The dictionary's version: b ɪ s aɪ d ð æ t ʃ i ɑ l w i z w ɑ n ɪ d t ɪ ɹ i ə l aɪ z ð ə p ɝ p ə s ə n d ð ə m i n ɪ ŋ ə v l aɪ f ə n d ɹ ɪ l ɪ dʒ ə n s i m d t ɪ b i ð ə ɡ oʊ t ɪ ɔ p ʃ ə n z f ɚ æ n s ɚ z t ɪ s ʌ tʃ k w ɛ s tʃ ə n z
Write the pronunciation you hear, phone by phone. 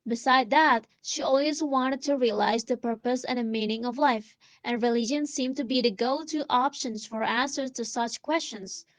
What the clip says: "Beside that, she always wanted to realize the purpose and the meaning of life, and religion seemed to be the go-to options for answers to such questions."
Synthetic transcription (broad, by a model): b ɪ s aɪ d ð æ t ʃ i ɑ l w i z w ɑ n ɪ d t ɪ ɹ i ə l aɪ z ð ə p ɝ p ə s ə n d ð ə m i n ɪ ŋ ə v l aɪ f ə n ɹ ɪ l ɪ dʒ ə n s i m t ɪ b i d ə ɡ oʊ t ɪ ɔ p ʃ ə n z f ɚ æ n s ɚ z t ɪ s ʌ tʃ k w ɛ s tʃ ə n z